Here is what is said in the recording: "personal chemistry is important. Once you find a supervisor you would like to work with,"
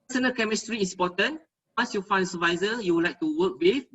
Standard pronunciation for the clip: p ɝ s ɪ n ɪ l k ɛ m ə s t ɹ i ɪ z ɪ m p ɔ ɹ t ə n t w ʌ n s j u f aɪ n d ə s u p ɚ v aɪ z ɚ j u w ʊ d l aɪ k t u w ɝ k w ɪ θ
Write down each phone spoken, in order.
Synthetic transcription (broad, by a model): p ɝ s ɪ n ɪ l k ɛ m ə s t ɹ i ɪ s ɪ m p ɔ t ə n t w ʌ n s j u f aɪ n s ə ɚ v aɪ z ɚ j u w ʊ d l aɪ k t u w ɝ k w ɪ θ